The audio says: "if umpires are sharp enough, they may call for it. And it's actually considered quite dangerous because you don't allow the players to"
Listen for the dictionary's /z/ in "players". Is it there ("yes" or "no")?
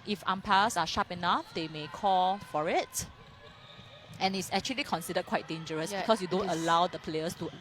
no